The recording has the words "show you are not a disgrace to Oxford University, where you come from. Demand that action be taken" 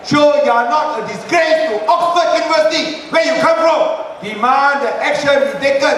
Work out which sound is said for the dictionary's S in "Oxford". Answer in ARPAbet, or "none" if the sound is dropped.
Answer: none